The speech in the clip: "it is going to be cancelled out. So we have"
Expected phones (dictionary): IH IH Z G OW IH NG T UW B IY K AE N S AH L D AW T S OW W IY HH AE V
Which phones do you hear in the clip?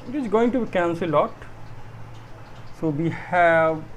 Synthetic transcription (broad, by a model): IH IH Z G OW IH NG T UW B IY K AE N S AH L AO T S OW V IY HH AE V